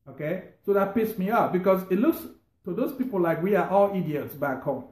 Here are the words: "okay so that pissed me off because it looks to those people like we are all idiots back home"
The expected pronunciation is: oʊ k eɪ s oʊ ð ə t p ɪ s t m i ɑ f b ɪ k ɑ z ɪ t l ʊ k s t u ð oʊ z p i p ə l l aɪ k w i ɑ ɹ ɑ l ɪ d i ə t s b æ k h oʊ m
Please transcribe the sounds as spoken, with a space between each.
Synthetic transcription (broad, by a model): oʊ k eɪ s oʊ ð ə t p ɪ s m i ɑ p b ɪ k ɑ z ɪ t l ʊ k s t u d oʊ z p i p ə l l aɪ k w i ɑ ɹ ɑ l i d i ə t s b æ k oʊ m